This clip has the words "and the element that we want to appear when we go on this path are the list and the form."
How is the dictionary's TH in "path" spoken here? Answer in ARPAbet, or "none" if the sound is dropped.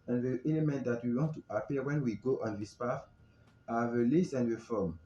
F